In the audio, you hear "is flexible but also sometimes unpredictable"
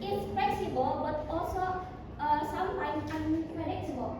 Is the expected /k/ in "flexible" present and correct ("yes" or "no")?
no